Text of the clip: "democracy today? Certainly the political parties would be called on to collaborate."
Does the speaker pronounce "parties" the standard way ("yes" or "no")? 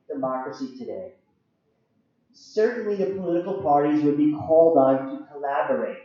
yes